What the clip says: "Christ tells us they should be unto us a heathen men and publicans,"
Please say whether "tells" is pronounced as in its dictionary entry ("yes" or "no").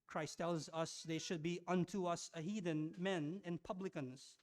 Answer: yes